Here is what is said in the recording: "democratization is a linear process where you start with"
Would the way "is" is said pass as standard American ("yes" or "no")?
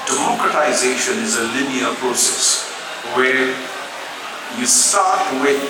yes